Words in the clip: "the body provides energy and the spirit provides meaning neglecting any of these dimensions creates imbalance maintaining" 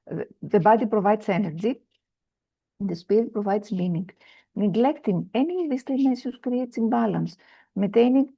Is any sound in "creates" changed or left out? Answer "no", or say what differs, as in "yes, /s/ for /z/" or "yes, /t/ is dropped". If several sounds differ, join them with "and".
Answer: yes, /s/ is dropped